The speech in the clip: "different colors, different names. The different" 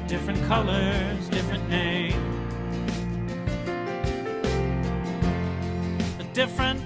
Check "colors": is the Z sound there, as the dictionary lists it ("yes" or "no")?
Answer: yes